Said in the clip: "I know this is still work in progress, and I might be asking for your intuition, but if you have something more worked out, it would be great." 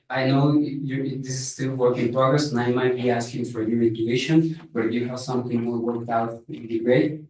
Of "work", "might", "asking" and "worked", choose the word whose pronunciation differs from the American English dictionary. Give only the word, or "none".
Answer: none